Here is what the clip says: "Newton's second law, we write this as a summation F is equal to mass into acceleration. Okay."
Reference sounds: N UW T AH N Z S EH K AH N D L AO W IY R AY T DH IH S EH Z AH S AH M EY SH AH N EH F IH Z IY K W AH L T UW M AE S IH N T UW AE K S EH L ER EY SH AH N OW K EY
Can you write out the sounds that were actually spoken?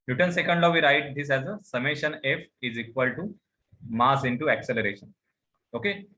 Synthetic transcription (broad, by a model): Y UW T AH N S EH K AH N D L AO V IY R AY T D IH S EH Z AH S AH M EY SH AH N EH F IH Z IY K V AH L T UW M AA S IH N T UW AE K S EH L ER EY SH AH N OW K EY